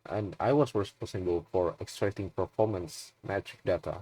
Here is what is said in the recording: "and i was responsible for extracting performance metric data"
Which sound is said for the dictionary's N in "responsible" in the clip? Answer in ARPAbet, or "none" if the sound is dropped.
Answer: none